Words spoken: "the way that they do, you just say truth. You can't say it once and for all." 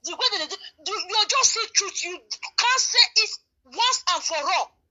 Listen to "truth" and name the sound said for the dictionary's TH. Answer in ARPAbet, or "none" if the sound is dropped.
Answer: T